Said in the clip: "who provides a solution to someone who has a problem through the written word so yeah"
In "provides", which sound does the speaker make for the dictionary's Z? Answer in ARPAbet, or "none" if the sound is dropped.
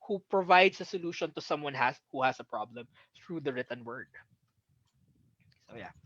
S